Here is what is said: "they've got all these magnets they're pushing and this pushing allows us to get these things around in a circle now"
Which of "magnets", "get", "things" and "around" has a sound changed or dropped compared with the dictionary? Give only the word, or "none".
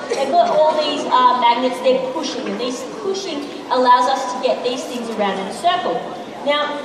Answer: none